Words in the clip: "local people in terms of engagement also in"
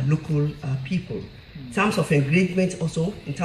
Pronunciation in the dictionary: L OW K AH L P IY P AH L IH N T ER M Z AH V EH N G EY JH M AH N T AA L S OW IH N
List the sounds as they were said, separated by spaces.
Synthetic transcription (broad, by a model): L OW K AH L P IY P AH L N T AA M S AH F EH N G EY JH M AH N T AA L S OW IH N